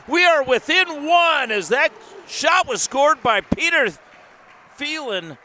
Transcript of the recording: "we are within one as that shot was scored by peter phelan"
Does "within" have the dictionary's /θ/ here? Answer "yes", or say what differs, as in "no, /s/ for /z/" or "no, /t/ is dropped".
yes